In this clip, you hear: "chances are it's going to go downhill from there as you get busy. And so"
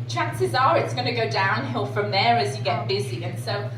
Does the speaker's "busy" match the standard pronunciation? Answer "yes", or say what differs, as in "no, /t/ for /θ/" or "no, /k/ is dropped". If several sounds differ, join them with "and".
yes